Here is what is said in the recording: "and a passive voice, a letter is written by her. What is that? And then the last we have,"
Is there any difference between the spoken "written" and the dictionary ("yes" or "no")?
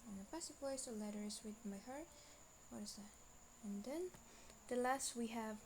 yes